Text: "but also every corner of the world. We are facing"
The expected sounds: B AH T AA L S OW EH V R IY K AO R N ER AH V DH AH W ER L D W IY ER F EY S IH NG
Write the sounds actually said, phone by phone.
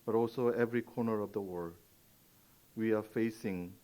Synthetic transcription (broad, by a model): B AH T AA L S OW EH V R IY K AO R N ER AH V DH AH W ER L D W IY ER F EY S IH NG